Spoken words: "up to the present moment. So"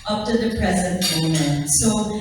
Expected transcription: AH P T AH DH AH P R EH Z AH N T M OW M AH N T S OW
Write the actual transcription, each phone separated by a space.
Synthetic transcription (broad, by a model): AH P T AH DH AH P R EH Z AH N T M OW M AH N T S OW